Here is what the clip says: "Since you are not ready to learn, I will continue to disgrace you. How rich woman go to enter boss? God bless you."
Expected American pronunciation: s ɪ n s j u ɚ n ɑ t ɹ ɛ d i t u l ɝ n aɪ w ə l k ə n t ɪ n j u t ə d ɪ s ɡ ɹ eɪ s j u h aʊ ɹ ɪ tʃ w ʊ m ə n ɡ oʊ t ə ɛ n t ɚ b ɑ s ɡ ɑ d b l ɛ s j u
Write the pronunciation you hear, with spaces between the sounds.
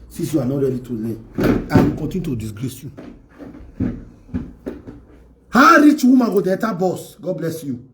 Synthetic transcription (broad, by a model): s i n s j u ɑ n ɑ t ɹ ɛ d i t u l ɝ aɪ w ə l k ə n t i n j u t ə d ɪ s ɡ ɹ eɪ s j u h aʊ ɹ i tʃ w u m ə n ɡ oʊ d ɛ t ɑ b ɑ s ɡ ɑ d b l ɛ s j u